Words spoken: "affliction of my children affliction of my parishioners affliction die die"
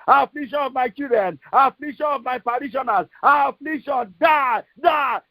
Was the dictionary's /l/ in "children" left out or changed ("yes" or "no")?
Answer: yes